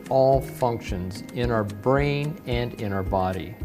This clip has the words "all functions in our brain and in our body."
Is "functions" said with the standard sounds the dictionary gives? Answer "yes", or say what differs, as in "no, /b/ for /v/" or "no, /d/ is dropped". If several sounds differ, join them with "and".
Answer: yes